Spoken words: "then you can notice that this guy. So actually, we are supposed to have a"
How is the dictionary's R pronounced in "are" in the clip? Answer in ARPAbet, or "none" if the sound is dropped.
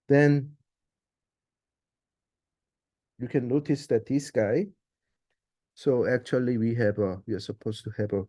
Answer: W